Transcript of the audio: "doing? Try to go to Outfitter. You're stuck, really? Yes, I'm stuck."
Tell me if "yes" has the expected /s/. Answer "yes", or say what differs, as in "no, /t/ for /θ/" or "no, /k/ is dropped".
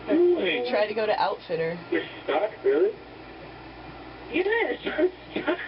no, /s/ is dropped